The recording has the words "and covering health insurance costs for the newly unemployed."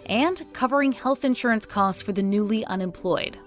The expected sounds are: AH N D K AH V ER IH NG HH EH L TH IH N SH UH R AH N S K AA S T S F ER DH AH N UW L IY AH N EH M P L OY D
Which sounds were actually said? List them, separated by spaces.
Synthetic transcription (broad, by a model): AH N K AH V ER IH NG HH EH L TH IH N SH UH R AH N S K AA S T S F ER DH AH N UW L IY AH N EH M P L OY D